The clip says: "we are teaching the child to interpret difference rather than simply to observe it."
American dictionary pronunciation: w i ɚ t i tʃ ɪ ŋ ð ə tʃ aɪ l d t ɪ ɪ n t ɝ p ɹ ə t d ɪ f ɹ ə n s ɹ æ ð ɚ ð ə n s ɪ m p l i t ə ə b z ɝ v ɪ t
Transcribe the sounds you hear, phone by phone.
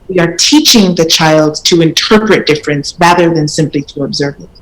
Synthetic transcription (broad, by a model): w i ɚ t i tʃ ɪ ŋ ð ə tʃ aɪ l d t ɪ ɪ n t ɝ p ɹ ə t d ɪ f ɹ ə n s ɹ æ ð ɚ ð ə n s ɪ m p l i t ə ə b z ɝ v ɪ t